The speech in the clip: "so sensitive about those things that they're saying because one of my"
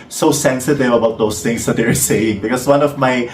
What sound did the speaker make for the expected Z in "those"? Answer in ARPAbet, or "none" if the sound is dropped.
S